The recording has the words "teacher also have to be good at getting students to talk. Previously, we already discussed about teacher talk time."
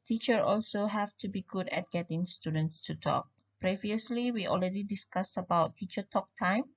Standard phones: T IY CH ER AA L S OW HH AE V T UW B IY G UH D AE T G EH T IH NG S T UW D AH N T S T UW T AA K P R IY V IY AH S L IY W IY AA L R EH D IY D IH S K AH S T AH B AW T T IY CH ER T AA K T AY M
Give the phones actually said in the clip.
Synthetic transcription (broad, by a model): T IY CH ER AA L S OW HH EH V T UW B IY G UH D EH T G EH T IH NG S T UW D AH N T S T UW T AA K P R IY V IY AH S L IY W IY AA L R EH D IY D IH S K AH S AH B AW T T IY CH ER T AA K T AY M